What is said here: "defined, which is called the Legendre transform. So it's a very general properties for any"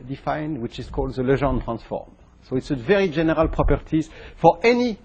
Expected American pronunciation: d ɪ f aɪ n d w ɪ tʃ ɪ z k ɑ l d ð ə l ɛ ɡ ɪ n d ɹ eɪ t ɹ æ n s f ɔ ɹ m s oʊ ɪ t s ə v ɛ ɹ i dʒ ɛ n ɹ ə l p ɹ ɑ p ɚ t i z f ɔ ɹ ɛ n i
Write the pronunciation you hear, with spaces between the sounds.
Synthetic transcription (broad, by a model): d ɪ f aɪ n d w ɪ tʃ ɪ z k ɑ l d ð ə l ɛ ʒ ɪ n t ɹ æ n s f ɔ ɹ m s oʊ ɪ t s ə v ɛ ɹ i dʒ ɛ n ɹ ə l p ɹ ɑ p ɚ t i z f ɔ ɹ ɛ n i